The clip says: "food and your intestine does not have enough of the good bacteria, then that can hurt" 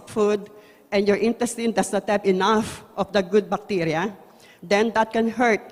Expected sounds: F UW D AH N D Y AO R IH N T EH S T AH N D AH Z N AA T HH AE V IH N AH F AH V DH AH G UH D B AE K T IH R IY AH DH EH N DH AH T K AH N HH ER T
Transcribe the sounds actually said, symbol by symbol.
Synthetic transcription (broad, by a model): F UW D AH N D Y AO R IH N T EH S T AH N D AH S N AA T HH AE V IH N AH F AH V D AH G UH D B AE K T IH R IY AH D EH N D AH T K AH N HH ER T